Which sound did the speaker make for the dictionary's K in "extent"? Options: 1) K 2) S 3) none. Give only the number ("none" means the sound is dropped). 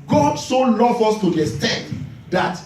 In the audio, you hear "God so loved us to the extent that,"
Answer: 3